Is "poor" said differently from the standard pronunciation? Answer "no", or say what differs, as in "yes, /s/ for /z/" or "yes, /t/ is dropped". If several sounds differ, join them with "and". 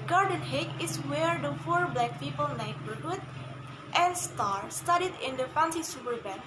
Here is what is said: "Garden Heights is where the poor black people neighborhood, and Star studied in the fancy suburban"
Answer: yes, /f/ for /p/